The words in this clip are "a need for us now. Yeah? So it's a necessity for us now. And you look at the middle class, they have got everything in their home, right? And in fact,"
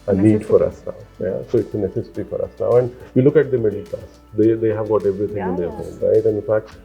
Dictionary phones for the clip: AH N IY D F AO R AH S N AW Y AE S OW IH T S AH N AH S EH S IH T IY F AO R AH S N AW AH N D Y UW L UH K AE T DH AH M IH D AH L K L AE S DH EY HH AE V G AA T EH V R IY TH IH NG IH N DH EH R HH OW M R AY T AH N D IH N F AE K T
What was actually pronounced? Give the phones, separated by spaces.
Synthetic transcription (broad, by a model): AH N IY D F AO R AH S N AW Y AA S OW IH T S AH N AH S EH S IH T IY F AO R AH S N AW AH N D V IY L UH K AE T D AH M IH D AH L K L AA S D EY HH AE V G AA T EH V R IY T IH NG IH N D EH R HH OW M R AY T AH N D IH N F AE K T